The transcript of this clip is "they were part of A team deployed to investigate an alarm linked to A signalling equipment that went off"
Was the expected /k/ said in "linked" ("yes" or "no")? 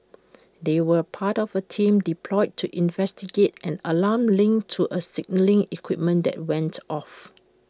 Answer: no